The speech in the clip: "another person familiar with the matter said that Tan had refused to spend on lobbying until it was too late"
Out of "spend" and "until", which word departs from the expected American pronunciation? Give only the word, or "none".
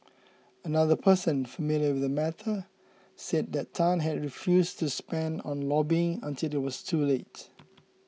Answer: none